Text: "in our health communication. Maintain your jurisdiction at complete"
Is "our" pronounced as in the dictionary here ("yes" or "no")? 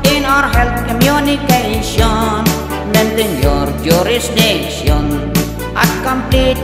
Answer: yes